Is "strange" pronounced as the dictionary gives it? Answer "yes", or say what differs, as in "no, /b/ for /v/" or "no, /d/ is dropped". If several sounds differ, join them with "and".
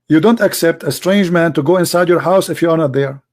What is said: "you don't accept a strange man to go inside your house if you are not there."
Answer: yes